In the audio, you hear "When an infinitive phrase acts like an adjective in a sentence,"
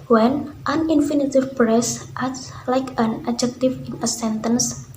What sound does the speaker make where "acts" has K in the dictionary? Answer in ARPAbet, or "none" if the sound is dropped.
none